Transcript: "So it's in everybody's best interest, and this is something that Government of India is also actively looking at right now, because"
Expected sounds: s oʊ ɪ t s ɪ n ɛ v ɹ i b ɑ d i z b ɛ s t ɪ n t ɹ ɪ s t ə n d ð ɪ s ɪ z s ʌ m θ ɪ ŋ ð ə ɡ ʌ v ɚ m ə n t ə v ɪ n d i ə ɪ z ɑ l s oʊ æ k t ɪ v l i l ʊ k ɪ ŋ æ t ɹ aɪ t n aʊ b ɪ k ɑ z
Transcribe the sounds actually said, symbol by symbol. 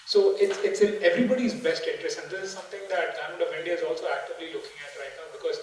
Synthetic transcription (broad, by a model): s oʊ ɪ t s ɪ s ɛ v ɹ i b ɑ d i z b ɛ s t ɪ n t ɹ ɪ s ə n d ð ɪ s ɪ z s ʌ m t ɪ ŋ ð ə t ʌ ɪ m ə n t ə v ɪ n d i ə ɪ z ɑ l s oʊ æ k t ɪ v l i l ʊ k ɪ ŋ æ t ɹ aɪ t n aʊ b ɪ k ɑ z